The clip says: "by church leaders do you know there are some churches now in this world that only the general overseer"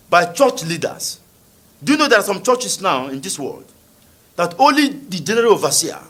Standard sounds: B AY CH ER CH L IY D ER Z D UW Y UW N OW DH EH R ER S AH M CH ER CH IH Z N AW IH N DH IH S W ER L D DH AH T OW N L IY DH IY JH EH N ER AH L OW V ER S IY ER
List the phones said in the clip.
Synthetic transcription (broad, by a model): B AY CH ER CH L IY D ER S D UW Y UW N OW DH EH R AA S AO M CH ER CH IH S N AW IH N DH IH S W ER L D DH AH T OW N L IY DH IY JH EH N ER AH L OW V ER S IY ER